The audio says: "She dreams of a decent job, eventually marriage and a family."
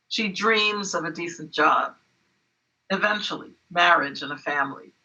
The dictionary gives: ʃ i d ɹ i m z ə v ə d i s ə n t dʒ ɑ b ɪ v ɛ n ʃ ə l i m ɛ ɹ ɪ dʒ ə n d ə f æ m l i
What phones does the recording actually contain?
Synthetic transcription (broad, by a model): ʃ i d ɹ i m z ə v ə d i s n dʒ ɑ b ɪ v ɛ n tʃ l i m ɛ ɹ ɪ dʒ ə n ə f æ m l i